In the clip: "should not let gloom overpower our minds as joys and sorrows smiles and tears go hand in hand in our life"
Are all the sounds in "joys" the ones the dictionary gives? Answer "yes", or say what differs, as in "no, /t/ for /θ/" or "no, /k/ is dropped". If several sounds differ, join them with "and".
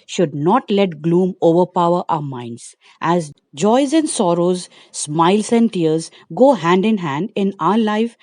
yes